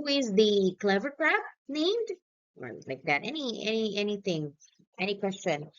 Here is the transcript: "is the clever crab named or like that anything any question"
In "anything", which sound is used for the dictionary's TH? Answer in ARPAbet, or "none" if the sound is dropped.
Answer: TH